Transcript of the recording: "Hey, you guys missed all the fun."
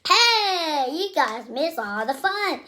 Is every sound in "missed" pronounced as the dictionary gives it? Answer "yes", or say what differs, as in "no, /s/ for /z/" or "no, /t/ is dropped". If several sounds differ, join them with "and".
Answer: no, /t/ is dropped